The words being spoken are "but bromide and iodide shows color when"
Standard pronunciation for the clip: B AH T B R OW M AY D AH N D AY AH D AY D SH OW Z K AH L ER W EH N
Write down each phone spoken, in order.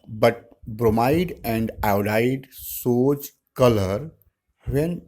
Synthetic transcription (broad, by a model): B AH T B R OW M AY D AH N D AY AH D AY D S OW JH K AH L ER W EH N